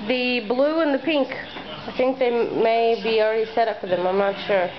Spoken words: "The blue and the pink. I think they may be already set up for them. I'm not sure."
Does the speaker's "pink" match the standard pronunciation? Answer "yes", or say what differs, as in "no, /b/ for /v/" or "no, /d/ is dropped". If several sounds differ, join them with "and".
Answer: yes